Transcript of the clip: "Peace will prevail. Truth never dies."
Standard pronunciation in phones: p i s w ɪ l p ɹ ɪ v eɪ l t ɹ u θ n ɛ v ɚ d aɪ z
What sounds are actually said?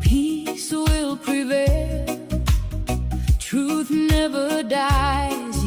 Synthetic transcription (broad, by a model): p i s w ɪ l p ɹ ɪ v eɪ l t ɹ u θ n ɛ v ɚ d aɪ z